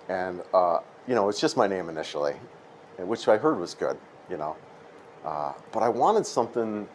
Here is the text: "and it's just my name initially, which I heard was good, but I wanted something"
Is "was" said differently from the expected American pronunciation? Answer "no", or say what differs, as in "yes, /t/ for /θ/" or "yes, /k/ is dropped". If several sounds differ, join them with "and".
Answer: no